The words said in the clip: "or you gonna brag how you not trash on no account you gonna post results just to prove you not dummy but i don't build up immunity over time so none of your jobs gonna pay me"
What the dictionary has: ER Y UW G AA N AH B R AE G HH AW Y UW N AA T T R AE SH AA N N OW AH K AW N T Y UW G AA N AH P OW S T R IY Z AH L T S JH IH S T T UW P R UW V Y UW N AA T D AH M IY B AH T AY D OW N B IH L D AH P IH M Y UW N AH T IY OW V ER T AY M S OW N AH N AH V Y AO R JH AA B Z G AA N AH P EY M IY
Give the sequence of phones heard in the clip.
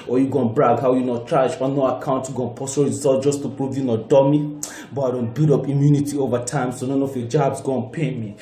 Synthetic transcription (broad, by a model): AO Y UW G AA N B R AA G HH AW Y UW N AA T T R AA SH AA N N OW AH K AW N T Y UW G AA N P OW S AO R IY Z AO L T JH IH S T T UW P R UW V Y UW N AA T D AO M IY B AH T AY D OW N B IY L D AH P IH M Y UW N AH T IY OW V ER T AY M S OW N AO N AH F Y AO JH AA B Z G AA N P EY M IY